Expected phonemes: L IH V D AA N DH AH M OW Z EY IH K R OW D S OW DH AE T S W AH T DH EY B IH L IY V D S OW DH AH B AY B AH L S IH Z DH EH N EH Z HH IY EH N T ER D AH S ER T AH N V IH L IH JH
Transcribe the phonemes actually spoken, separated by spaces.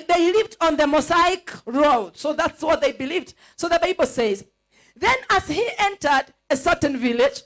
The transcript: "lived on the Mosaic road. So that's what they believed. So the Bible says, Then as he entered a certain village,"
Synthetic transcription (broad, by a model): L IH V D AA N DH AH M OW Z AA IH K R OW D S OW DH AE T S W AH T DH EY B IH L IY V D S OW DH AH B AY B AH L S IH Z DH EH N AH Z HH IY EH N T ER D AH S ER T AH N V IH L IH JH